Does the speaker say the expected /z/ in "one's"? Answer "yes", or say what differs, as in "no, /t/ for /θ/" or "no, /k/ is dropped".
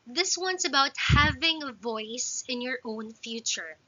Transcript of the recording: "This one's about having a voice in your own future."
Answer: no, /s/ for /z/